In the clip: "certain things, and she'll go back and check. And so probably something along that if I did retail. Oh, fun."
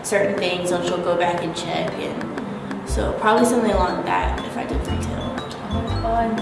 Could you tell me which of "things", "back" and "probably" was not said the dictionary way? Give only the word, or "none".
none